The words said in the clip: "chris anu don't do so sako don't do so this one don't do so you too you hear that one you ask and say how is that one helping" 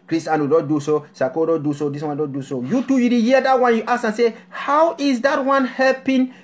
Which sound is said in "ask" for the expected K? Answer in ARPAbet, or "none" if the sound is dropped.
none